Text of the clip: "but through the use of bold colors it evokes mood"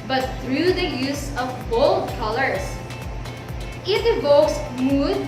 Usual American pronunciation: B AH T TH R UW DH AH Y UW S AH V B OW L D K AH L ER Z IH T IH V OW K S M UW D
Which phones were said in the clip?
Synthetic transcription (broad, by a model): B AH T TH R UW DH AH Y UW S AH V B OW L D K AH L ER S IH T IH V OW K S M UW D